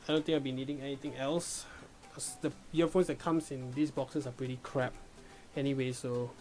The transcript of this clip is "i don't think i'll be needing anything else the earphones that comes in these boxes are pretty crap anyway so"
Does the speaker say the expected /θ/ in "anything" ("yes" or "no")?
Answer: no